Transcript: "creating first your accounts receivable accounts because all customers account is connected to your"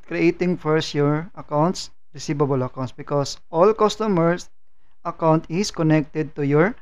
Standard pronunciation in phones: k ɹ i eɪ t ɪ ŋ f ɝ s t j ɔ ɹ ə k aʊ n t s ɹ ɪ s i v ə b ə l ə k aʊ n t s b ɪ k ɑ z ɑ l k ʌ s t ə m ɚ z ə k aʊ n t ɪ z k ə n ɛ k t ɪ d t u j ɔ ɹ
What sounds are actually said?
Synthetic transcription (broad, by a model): k ɹ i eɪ t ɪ ŋ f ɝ s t j ɔ ɹ ə k aʊ n t s ɹ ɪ s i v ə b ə l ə k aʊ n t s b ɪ k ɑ s ɑ l k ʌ s t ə m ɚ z ə k aʊ n t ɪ s k ə n ɛ k t ɪ d t u j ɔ ɹ